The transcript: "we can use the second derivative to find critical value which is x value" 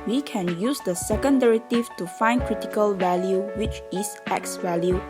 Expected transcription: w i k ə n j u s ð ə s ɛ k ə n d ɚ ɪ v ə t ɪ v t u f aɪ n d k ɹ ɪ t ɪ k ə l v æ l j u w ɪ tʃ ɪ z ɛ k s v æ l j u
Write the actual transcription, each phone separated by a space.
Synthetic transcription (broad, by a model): w i k ə n j u s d ə s ɛ k ə n d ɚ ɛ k t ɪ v t u f aɪ n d k ɹ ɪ t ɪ k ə l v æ l j u w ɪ tʃ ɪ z ɛ k s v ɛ l j u